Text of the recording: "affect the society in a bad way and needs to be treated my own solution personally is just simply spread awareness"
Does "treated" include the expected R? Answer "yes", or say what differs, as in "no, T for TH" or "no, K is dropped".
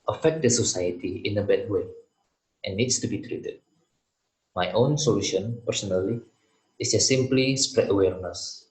yes